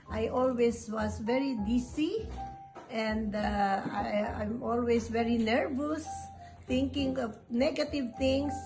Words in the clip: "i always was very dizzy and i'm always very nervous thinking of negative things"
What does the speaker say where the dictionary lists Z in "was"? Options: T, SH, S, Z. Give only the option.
S